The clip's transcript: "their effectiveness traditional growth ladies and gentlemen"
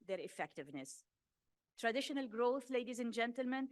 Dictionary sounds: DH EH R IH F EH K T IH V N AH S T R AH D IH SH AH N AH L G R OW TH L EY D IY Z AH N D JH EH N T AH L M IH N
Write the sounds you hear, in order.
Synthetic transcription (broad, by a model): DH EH R IH F EH K T IH V N AH S T R AH D IH SH AH N AH L G R OW TH L EY D IY Z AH N JH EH N T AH L M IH N